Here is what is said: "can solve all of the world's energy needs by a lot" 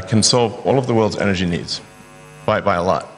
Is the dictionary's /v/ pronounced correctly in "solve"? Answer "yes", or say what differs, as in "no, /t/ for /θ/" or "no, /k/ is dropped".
yes